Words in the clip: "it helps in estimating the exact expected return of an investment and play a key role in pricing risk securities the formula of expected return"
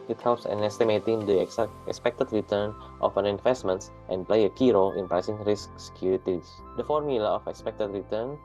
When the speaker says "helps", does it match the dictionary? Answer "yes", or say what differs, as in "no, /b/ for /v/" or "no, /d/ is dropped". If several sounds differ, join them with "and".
yes